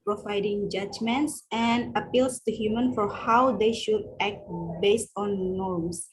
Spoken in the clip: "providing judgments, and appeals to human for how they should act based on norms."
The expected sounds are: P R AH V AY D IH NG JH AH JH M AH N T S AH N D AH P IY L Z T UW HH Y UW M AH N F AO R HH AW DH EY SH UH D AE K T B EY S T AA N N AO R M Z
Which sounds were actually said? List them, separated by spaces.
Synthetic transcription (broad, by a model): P R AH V AY D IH NG JH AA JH M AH N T S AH N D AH P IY L S T UW HH Y UW M AH N F AO R HH AW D EY SH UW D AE K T B EY S T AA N N AO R M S